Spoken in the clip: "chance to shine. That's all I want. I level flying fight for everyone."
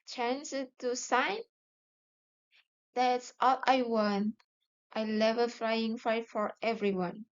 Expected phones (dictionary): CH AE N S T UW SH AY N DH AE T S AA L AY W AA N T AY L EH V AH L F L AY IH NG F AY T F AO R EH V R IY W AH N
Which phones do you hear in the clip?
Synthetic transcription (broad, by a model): CH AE N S T UW S AY N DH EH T S AA L AY W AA N T AY L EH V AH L F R AY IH NG F AY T F AO R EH V R IY W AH N